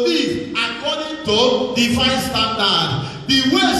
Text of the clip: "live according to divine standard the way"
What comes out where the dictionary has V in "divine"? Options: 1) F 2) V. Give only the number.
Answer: 1